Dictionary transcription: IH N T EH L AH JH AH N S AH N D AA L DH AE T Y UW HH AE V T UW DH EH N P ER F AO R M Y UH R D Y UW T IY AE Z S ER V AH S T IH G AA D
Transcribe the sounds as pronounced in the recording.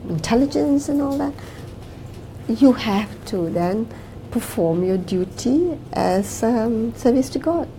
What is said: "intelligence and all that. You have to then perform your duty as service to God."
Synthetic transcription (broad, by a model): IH N T EH L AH JH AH N S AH N AA L DH AE T Y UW HH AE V T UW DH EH N P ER F AO R M Y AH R D Y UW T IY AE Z S ER V AH S T IH G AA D